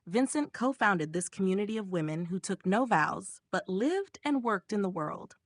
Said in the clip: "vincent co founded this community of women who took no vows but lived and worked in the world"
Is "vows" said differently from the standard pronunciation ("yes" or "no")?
no